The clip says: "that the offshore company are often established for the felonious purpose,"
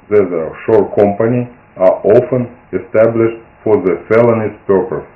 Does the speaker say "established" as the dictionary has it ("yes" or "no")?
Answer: yes